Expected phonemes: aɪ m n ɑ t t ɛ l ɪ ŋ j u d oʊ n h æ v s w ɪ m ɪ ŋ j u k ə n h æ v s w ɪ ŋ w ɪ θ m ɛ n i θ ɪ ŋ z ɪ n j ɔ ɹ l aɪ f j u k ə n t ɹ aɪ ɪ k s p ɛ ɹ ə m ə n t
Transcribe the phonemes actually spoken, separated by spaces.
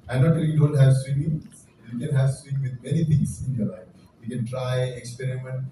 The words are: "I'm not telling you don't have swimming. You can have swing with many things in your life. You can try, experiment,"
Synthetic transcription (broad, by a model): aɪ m n ɑ t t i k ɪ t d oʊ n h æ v s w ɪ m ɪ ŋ j u k ə n h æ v s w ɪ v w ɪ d m ɛ n i t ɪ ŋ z ɪ n j ɔ ɹ l aɪ f j u k ə n t ɹ aɪ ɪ k s p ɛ ɹ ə m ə n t